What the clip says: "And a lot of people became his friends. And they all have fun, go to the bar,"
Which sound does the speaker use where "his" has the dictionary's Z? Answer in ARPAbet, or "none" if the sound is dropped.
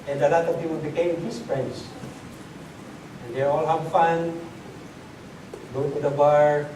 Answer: S